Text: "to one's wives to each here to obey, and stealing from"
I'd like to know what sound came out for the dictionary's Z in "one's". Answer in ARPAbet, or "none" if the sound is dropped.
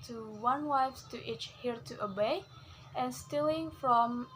none